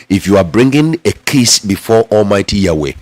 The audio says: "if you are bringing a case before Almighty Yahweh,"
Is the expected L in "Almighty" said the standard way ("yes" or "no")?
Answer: yes